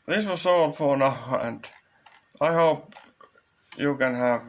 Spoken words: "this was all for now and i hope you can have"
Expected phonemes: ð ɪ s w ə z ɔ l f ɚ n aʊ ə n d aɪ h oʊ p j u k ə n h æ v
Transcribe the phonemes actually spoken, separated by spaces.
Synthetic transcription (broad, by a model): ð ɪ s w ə s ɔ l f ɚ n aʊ ə n d aɪ h oʊ p j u k ə n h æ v